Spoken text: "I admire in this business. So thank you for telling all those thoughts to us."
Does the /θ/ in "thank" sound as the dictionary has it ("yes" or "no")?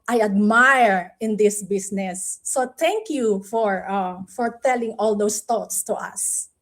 no